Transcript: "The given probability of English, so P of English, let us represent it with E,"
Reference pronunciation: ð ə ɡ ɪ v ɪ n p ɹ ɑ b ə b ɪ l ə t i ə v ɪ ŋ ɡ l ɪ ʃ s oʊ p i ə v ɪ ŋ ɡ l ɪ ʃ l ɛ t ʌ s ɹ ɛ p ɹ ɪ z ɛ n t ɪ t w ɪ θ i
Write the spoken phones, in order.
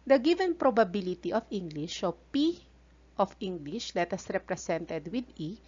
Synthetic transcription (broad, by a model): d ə ɡ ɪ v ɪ n p ɹ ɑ b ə b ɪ l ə t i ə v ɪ ŋ ɡ l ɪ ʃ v p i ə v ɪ ŋ ɡ l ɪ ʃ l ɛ t ʌ s ɹ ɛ p ɹ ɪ s ɛ n t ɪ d w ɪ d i